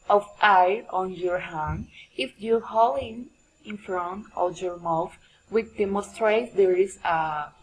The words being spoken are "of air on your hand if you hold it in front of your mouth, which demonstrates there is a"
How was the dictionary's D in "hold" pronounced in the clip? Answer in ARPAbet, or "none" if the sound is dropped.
none